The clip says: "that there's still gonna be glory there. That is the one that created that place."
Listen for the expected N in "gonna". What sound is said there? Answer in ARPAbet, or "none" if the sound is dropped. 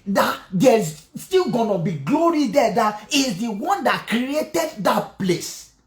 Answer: N